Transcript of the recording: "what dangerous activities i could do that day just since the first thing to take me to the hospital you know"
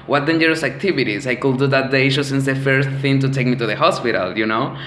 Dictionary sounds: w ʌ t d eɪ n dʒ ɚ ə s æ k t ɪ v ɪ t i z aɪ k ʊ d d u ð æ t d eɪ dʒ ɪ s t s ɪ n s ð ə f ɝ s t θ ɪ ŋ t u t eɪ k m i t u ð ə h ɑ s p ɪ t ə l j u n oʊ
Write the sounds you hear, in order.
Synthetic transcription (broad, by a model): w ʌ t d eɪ n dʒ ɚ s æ k t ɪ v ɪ t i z aɪ k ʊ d d u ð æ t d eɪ ʃ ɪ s s ɪ n s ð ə f ɝ s t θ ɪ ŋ t u t eɪ k m i t u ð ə h ɑ s p ɪ t ə l j u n oʊ